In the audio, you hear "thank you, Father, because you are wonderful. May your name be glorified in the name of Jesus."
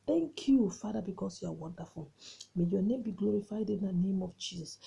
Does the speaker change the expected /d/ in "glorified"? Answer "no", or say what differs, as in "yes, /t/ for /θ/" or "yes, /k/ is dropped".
no